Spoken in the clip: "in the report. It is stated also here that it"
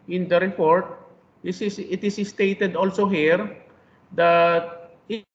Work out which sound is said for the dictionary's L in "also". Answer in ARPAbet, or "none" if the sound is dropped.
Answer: L